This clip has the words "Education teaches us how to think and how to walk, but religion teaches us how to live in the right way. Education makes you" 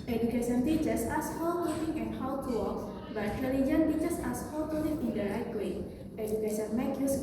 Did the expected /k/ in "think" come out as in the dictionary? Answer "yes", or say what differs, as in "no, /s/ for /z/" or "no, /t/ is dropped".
no, /k/ is dropped